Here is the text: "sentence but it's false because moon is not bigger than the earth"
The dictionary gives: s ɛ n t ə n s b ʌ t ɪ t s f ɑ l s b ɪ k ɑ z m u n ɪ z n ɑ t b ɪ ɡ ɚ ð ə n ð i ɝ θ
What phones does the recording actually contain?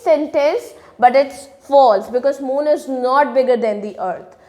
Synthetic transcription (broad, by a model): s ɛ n t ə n s b ʌ t ɪ t s f ɑ l s b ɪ k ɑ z m u n ɪ z n ɑ t b ɪ ɡ ɚ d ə n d i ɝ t